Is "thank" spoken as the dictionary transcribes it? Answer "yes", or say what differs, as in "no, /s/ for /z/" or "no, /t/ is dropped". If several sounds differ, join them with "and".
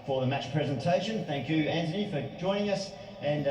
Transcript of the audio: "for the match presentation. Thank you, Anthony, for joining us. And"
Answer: yes